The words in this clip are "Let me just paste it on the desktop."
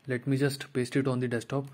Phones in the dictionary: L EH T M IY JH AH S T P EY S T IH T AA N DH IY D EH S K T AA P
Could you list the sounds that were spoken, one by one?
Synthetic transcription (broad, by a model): L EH T M IY JH AH S T P EY S T IH T AA N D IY D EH S T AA P